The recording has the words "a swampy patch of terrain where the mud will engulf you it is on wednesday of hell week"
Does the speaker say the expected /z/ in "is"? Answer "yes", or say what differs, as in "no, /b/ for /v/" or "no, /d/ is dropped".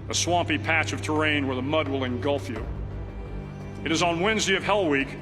yes